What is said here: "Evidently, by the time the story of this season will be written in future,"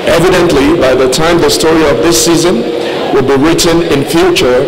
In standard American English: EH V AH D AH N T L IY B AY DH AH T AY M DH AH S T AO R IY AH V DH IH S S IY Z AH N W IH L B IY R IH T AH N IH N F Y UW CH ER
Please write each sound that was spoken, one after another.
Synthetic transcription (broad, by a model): EH V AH D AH N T L IY B AY DH AH T AY M DH AH S T AO R IY AH V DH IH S S IY Z AH N W IH L B IY R IH T AH N IH N F Y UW CH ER